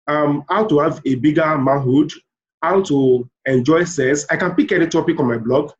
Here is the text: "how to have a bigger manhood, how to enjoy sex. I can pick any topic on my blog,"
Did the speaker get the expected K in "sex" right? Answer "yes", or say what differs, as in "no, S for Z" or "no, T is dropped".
no, K is dropped